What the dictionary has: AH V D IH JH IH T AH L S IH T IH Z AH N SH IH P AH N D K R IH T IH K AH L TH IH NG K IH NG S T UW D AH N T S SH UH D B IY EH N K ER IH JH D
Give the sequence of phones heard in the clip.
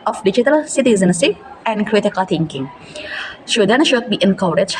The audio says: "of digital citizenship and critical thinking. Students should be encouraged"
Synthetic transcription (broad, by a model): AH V D IH JH IH T AH L S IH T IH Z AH N S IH AH N D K R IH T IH K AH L T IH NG K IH NG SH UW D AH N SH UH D B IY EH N K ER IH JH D